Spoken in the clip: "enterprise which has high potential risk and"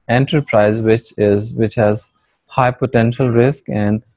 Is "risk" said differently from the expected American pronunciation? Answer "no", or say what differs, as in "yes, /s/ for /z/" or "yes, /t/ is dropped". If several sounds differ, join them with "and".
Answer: no